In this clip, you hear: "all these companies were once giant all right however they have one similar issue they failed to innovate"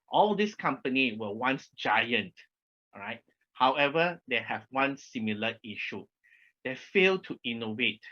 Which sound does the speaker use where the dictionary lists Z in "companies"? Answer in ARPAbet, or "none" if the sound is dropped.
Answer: none